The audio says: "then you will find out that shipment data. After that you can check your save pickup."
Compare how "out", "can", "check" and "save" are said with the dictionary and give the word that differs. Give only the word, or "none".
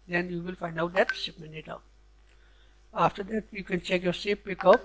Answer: save